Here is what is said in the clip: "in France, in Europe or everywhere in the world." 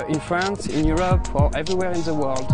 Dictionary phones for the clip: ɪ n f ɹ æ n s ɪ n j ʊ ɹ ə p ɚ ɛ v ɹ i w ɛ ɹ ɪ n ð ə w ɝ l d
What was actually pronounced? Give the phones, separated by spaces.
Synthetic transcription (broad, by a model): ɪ n f ɹ æ n s ɪ n j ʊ ɹ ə p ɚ ɛ v ɹ i w ɛ ɹ ɪ n ð ə w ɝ l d